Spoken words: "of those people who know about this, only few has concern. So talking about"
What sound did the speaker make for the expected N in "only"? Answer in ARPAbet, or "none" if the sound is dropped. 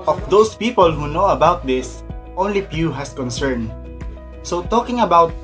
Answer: N